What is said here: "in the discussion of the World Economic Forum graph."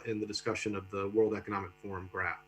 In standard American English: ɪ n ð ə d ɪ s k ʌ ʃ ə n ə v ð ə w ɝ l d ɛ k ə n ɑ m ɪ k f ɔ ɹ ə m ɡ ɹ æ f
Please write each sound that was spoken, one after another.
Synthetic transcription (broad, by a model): ɪ n ð ə d ɪ s k ʌ ʃ ə n ə v ð ə w ɝ l d ɛ k ə n ɑ m ɪ k f ɔ ɹ ə m ɡ ɹ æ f